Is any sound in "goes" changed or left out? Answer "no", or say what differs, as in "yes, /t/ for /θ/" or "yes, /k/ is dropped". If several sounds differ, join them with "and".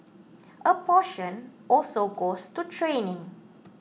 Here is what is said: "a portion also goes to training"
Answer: yes, /s/ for /z/